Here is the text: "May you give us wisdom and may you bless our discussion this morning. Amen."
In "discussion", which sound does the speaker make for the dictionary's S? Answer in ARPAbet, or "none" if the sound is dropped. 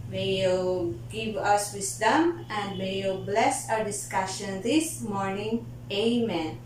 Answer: S